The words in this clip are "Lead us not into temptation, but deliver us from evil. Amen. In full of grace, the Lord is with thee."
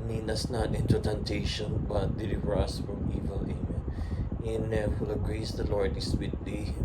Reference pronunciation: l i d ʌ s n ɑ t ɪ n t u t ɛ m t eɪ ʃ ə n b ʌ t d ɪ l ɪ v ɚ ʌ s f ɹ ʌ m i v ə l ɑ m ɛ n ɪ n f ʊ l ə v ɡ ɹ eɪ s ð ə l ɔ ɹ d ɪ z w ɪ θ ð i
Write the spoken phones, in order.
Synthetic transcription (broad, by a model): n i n ʌ s n ɑ t ɪ n t u t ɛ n t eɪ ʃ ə n b ʌ t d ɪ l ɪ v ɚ ʌ s f ɹ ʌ m i v ə l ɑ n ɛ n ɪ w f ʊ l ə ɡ ɹ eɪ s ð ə l ɔ ɹ d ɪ s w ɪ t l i